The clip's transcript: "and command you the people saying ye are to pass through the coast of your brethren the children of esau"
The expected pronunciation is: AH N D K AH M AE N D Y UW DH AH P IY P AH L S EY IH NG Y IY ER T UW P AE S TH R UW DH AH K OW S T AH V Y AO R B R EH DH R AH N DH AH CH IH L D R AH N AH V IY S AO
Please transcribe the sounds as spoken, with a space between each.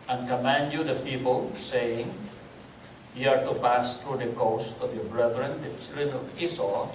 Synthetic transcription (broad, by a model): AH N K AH M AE N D Y UW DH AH P IY P AH L S EY IH NG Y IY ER T UW P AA S T R UW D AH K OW S T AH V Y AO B R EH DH R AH N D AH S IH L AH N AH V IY S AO